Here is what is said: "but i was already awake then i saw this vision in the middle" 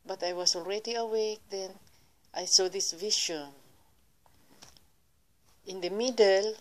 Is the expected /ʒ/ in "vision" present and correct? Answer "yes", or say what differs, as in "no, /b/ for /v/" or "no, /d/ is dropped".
no, /ʃ/ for /ʒ/